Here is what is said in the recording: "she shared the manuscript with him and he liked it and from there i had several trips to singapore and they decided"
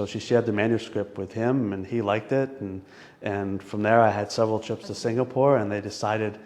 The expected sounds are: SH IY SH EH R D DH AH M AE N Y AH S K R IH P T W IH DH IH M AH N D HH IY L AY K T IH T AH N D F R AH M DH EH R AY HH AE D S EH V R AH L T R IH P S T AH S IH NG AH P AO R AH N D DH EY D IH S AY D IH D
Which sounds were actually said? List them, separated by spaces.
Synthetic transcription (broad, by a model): SH IY SH EH R D DH AH M AE N Y AH S K R IH P T W IH DH IH M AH N IY L AY K T IH T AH N F R AH M DH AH R AY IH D S EH V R L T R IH P S T AH S IH NG AH P AO R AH N DH EY D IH S AY D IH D